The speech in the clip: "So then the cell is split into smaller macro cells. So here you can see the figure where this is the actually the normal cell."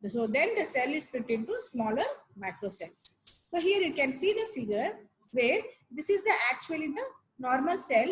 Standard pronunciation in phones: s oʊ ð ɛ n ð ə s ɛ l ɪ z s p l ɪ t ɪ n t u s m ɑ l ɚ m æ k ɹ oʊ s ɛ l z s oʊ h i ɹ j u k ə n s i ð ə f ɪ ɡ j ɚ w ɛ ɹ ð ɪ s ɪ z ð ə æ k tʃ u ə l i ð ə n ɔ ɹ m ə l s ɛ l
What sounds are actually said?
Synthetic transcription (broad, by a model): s oʊ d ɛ n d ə s ɛ l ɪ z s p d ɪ t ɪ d t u s m ɑ l ɚ m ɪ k ɹ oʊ s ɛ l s s oʊ h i ɹ j u k ə n s i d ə f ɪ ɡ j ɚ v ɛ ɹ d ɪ s ɪ z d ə æ k tʃ u ə l i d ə n ɔ ɹ m ə l s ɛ l